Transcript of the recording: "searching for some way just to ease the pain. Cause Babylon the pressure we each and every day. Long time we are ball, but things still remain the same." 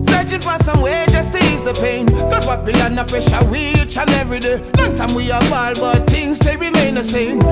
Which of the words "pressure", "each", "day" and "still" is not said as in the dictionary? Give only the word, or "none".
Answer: pressure